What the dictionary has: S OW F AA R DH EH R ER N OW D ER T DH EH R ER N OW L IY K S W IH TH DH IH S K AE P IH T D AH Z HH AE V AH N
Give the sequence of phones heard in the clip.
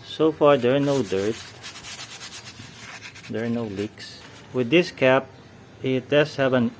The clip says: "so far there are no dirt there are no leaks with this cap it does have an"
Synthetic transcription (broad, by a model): S OW F AA R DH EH R N OW D ER T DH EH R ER N OW L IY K S W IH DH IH S K AE P IH T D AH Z HH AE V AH N